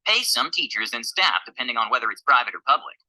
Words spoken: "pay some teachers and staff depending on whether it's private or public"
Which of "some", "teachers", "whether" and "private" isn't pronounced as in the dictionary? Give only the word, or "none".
none